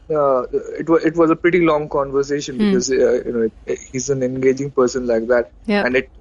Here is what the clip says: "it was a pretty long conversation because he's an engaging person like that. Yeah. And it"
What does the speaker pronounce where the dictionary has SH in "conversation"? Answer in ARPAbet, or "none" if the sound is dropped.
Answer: SH